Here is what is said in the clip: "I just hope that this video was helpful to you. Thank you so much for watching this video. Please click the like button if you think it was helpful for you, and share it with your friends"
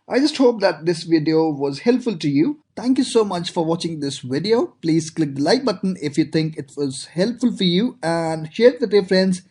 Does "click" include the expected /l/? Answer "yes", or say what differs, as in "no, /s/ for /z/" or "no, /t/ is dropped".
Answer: yes